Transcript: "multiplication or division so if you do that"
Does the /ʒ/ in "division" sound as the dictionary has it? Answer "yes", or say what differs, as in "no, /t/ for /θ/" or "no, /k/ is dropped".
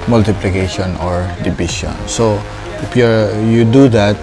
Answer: no, /ʃ/ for /ʒ/